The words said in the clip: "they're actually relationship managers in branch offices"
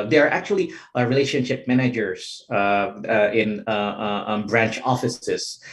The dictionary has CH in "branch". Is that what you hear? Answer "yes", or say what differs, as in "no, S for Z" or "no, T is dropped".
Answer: yes